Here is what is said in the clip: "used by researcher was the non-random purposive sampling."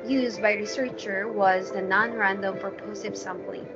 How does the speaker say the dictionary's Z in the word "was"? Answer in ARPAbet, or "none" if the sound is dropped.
Z